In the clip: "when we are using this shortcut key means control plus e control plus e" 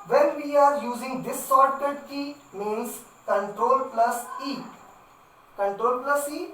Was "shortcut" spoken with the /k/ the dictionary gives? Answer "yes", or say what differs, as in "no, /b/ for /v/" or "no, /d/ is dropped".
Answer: no, /k/ is dropped